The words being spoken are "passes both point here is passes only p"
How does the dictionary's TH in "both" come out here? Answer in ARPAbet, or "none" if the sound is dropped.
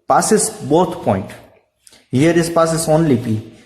T